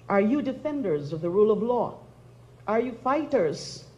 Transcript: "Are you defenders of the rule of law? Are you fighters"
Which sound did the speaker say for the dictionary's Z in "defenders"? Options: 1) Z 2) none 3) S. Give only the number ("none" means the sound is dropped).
1